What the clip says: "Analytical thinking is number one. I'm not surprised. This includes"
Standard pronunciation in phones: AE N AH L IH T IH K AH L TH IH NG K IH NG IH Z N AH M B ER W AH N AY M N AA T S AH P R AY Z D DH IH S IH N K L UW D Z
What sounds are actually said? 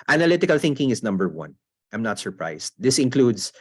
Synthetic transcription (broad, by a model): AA N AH L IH T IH K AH L TH IH NG K IH NG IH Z N AH M B ER W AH N AY M N AA T S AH P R AY S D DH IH S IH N K L UW D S